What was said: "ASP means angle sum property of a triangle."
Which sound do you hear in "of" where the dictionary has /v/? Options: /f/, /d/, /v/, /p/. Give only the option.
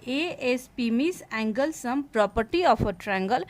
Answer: /p/